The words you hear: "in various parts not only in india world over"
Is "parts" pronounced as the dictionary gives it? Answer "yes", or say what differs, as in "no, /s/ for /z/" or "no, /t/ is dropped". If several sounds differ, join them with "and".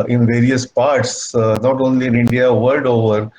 yes